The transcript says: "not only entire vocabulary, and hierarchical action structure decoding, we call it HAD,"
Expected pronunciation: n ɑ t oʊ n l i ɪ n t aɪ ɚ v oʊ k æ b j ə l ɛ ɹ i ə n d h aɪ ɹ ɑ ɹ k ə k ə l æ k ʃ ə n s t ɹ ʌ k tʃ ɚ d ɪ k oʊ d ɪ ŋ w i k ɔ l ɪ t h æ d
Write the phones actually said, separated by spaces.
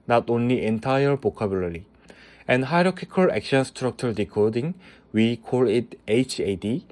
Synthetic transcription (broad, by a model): n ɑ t oʊ n l i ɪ n t aɪ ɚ b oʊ k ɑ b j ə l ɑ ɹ i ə n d h aɪ ɹ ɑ k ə k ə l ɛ k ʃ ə n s t ɹ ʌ k tʃ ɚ d ɪ k oʊ d ɪ ŋ w i k ɔ l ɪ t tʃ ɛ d